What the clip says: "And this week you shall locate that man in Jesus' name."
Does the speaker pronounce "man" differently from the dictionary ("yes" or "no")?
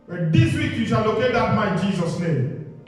yes